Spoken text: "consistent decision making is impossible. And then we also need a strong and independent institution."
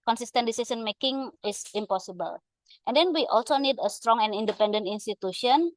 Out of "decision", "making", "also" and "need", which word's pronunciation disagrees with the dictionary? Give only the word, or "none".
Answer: decision